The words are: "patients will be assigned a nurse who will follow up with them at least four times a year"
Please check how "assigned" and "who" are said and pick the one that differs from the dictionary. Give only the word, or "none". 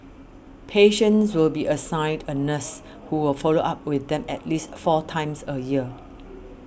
assigned